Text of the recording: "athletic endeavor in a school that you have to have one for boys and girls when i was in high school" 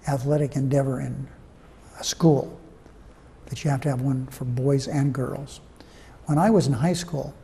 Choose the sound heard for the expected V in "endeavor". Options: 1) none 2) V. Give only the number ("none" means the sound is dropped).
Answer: 2